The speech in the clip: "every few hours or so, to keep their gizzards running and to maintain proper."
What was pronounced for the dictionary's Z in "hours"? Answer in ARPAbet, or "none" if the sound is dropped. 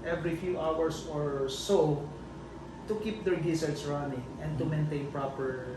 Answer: S